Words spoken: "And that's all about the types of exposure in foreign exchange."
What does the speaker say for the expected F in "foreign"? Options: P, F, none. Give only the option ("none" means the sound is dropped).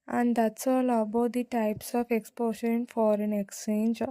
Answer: F